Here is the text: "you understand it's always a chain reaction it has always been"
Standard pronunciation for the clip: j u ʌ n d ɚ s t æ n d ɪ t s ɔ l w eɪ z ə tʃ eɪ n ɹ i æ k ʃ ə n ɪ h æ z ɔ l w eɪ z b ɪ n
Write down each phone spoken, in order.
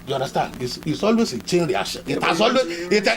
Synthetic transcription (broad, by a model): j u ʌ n d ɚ s t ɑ n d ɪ s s ɔ l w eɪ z ə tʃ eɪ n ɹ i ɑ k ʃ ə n ɪ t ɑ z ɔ l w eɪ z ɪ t